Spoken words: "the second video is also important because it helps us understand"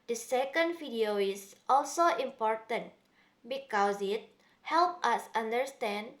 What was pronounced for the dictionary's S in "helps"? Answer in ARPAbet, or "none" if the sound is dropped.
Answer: none